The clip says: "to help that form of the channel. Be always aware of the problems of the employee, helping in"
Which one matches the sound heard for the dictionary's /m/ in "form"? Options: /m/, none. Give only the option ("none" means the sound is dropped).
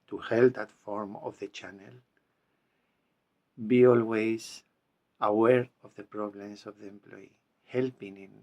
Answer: /m/